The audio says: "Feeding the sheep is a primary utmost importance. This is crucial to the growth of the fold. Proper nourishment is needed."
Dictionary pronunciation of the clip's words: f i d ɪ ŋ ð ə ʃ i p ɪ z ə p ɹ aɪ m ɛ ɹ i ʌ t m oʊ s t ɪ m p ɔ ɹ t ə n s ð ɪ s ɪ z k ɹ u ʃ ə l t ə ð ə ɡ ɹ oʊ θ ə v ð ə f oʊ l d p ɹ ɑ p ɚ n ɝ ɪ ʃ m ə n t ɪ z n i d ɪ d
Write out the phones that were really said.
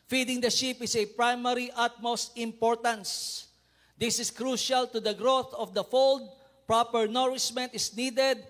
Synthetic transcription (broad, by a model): f i d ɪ ŋ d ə ʃ i p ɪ s ə p ɹ aɪ m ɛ ɹ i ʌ t m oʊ s t ɪ m p ɔ ɹ t ə n s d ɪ s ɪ s k ɹ u ʃ ə l t ə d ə ɡ ɹ oʊ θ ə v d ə f oʊ l d p ɹ ɑ p ɚ n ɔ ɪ s m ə n t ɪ s n i d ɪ d